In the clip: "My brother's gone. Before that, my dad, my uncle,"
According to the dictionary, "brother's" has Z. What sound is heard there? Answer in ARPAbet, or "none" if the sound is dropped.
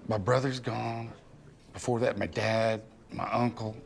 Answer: Z